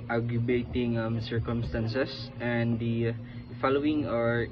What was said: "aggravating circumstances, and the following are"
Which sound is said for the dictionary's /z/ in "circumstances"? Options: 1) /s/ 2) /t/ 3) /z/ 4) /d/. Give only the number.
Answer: 1